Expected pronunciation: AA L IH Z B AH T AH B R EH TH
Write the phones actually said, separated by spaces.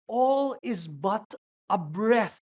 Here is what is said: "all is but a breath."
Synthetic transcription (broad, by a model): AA L IH Z B AH T AH B R EH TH